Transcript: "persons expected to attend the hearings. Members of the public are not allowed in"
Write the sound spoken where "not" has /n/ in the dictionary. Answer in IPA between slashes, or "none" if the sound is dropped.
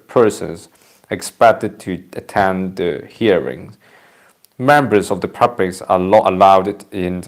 /l/